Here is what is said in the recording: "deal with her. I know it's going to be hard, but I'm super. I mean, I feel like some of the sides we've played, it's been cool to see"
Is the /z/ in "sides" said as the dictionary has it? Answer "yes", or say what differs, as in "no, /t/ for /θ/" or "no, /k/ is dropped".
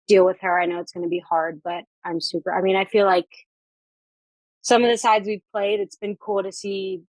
yes